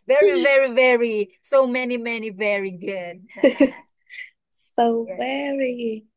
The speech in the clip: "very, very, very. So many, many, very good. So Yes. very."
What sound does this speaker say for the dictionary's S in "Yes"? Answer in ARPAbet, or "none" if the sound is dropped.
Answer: none